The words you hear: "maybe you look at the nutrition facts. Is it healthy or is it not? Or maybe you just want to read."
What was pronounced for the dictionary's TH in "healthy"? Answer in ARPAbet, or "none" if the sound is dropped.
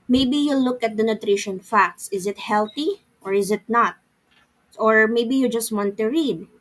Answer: T